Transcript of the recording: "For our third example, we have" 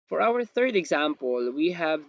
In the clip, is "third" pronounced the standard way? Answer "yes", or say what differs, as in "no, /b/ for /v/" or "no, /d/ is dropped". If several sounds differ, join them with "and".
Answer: yes